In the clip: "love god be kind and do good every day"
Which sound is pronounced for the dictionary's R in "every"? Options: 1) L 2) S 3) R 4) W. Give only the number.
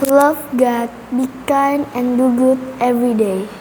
3